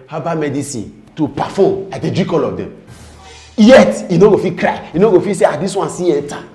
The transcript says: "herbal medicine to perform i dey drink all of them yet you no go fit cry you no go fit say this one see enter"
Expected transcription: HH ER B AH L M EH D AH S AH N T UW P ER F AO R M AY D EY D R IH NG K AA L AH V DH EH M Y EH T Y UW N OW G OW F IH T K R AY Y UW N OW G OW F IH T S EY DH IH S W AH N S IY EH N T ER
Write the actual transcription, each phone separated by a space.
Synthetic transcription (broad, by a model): HH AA B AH M EH D AH S AH N T UW P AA F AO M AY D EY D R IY K AA L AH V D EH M Y EH T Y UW N OW G OW F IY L K R AY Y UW N OW G OW F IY S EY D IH S W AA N S IY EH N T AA